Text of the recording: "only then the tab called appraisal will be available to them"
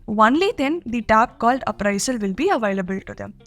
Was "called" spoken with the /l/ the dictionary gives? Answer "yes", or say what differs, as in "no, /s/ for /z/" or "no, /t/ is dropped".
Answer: yes